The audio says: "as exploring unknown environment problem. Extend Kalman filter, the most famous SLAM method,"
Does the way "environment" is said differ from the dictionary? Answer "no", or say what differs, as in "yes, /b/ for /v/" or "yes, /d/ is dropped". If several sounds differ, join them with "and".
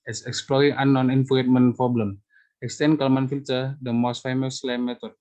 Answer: yes, /f/ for /v/